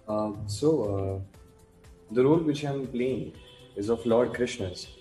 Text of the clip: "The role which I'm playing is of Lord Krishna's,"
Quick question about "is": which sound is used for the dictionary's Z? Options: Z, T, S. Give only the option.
Z